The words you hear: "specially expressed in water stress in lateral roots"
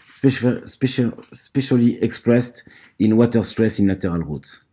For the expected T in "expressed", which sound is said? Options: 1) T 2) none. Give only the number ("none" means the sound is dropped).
1